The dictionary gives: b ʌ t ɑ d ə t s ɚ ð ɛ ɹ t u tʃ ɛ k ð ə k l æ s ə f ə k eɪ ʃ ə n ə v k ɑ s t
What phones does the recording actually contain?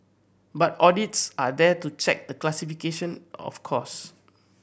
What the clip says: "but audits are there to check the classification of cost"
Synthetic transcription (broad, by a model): b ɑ t ɑ d ə t s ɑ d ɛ t u tʃ ɛ k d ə k l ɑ s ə f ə k eɪ ʃ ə n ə f k ɑ s